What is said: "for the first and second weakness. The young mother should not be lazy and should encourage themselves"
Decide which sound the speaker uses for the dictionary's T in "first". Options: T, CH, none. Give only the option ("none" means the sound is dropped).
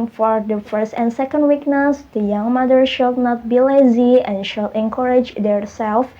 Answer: T